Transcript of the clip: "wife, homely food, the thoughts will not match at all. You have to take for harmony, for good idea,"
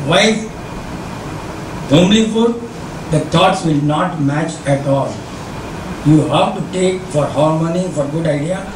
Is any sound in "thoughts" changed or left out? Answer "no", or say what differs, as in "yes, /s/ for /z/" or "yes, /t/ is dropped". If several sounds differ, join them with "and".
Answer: yes, /t/ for /θ/